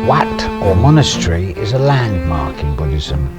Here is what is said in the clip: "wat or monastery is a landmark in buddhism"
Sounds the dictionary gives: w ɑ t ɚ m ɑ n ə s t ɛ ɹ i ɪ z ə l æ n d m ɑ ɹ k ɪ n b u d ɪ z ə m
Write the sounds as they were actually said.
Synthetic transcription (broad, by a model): w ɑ t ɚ m ɑ n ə s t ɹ i ɪ z ə l æ n d m ɑ ɹ k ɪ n b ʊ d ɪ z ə m